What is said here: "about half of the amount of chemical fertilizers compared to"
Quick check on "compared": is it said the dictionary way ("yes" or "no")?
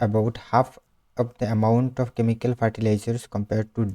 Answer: yes